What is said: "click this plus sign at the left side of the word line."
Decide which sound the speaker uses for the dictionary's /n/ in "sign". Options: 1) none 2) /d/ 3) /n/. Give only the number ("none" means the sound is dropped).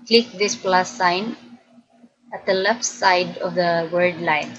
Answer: 3